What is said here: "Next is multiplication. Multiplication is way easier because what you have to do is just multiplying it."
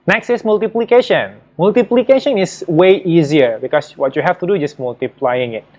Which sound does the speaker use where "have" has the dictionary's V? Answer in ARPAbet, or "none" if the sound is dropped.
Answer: F